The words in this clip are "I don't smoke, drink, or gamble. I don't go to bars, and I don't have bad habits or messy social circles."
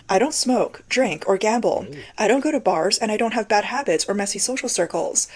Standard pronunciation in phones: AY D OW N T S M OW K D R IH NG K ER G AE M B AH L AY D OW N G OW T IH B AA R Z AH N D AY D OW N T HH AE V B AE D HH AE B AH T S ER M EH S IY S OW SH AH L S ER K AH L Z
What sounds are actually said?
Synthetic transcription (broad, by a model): AY D OW N T S M OW K D R IH NG K ER G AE M B L AY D OW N G OW T IH B AA R Z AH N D AY D OW N T HH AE V B AE D HH AE B AH T S ER M EH S IY S OW SH L S ER K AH L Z